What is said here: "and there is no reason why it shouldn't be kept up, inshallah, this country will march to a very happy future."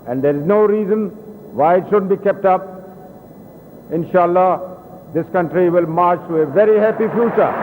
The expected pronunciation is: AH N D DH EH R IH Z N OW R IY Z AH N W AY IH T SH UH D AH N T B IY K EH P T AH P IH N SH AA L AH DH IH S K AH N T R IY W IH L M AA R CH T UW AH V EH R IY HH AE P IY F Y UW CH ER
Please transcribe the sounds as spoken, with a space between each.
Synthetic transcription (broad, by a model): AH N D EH R IH Z N OW R IY Z AH N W AY IH T SH UH D AH N T B IY K EH P T AH P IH N SH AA L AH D IH S K AH N T R IY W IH L M AA R CH T UW AH V EH R IY HH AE P IY F Y UW CH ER